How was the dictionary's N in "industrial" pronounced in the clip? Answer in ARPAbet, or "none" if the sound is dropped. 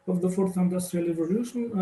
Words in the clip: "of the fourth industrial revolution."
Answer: N